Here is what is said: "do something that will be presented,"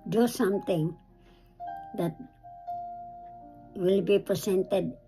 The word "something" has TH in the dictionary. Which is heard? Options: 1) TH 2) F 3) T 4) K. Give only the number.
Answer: 3